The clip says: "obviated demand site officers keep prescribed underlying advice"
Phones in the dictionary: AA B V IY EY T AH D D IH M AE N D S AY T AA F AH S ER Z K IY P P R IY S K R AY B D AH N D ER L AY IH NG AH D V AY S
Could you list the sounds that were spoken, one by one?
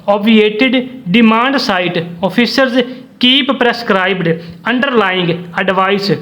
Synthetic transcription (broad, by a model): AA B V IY EY T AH D D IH M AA N D S AY T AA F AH S ER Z K IY P P R IY S K R AY B D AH N D ER L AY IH NG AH D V AY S